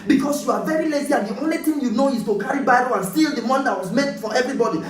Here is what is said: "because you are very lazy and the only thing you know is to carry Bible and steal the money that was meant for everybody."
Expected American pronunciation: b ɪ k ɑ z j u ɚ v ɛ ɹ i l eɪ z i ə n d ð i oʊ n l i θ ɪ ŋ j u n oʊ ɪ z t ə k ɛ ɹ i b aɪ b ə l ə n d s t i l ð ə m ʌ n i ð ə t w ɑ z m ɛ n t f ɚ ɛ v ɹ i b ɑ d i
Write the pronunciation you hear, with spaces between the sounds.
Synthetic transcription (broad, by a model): b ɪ k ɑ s j u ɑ v ɛ ɹ i l eɪ z i ə n d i oʊ n l i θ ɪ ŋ j u n oʊ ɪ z t ə k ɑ ɹ i b aɪ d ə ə n s t i l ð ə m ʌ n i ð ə t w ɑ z m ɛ t f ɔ ɛ v ɹ i b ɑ d i